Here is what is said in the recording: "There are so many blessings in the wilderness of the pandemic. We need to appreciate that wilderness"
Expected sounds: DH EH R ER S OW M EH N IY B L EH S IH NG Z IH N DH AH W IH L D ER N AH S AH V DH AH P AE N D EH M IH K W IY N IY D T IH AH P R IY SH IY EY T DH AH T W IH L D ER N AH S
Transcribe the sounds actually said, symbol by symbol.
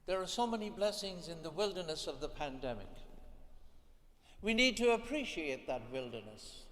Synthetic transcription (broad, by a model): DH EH R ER S OW M EH N IY B L EH S IH NG Z IH N DH AH W IH L D ER N AH S AH V DH AH P AE N D EH M IH K W IY N IY D T IH AH P R IY SH IY EY T DH AH T W IH L D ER N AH S